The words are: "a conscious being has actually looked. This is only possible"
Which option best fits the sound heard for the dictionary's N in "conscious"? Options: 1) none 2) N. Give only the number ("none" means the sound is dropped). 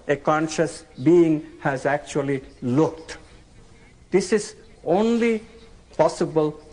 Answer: 2